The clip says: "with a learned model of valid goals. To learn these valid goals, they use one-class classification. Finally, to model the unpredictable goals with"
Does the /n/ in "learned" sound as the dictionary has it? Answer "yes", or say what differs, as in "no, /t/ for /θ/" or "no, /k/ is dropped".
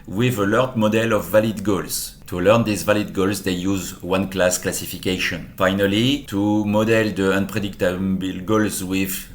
no, /n/ is dropped